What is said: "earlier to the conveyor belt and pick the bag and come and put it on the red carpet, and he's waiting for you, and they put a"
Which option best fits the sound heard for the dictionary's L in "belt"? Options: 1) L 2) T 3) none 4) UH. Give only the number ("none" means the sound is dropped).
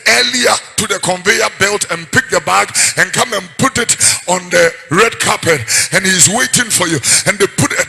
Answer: 1